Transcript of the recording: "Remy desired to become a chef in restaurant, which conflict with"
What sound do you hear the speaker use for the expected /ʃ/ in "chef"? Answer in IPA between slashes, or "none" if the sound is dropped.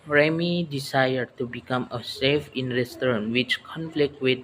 /s/